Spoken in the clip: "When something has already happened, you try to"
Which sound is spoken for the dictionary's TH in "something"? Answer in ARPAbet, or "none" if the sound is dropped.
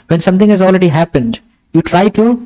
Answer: T